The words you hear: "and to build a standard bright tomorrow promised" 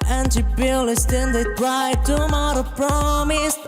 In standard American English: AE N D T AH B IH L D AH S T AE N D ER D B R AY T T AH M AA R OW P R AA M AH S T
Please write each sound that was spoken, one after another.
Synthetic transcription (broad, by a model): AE N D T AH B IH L AH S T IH N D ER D R AY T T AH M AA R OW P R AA M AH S